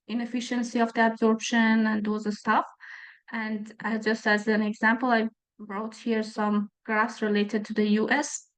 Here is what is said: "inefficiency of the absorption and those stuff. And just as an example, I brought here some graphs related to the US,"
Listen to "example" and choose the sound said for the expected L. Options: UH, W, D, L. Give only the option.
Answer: L